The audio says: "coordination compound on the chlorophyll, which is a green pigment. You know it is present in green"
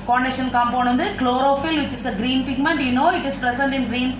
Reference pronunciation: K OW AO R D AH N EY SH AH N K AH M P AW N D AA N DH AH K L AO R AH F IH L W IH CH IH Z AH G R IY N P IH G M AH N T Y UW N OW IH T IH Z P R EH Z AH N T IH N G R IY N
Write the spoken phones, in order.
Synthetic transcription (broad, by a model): K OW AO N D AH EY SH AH N K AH M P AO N AH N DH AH K L AO R AH F IH L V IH CH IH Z AH G R IY N P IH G M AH N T Y UW N OW IH T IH S P R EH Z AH N T IH N G R IY N